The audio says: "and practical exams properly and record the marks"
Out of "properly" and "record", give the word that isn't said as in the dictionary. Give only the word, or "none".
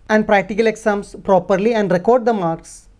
none